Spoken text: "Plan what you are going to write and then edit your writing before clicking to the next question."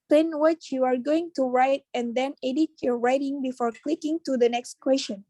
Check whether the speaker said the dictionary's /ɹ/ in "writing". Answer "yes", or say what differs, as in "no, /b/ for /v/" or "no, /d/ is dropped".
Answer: yes